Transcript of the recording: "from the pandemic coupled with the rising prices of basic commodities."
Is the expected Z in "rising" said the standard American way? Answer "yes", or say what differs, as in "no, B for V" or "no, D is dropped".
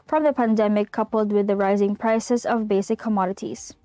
yes